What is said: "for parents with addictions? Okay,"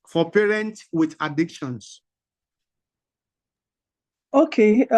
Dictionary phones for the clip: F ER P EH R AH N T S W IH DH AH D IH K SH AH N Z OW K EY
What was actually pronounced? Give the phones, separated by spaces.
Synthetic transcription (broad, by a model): F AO P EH R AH N T W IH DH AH D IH K SH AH N S OW K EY